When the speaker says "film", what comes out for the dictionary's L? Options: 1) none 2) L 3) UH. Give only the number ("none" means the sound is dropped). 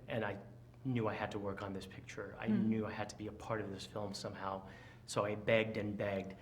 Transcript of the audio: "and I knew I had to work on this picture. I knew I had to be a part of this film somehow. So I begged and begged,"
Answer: 2